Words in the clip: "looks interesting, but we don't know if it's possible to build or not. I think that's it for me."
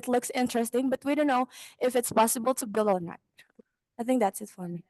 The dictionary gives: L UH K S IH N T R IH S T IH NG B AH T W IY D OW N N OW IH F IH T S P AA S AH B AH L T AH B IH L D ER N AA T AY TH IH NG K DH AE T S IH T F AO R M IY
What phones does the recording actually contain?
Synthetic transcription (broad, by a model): L UH K S IH N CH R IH S T IH NG B AH T W IY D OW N N OW IH F IH T S P AA S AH B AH L T AH B IH L D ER N AA T AY TH IH NG K DH AE T S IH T F AO R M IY